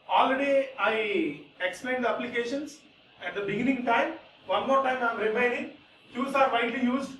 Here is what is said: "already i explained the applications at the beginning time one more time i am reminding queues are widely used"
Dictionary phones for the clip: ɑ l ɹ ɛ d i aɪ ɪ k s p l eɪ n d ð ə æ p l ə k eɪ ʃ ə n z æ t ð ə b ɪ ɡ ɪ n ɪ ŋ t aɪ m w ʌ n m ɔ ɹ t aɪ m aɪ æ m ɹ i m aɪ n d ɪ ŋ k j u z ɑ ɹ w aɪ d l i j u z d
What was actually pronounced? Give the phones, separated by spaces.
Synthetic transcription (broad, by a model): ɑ l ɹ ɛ d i aɪ ɪ k s p l eɪ n d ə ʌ p l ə k eɪ ʃ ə n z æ t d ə b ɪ ɡ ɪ n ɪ ŋ t aɪ m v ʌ n m ɔ ɹ t aɪ m aɪ m ɹ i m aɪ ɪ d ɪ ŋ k j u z ɑ ɹ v aɪ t l i j u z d